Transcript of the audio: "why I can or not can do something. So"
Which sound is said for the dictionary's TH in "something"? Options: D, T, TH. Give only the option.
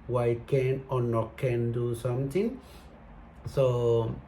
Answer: T